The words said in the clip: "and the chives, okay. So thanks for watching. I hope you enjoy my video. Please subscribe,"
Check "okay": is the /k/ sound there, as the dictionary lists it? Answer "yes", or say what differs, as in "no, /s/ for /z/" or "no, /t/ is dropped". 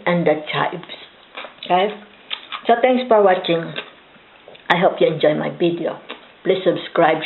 no, /k/ is dropped